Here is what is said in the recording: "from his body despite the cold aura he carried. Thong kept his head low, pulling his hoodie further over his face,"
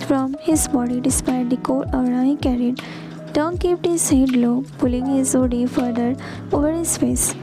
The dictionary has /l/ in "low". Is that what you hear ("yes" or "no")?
yes